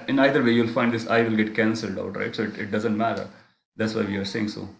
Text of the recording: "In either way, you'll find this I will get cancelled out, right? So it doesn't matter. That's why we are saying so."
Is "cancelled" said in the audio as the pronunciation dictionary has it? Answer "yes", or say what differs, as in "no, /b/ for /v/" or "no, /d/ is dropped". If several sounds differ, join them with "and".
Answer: yes